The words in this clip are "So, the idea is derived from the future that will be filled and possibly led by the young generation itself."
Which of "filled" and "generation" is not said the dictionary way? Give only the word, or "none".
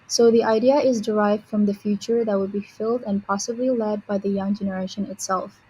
none